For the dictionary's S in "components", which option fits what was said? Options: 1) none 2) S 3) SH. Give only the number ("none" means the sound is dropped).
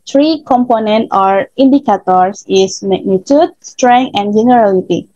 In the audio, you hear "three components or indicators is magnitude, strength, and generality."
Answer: 1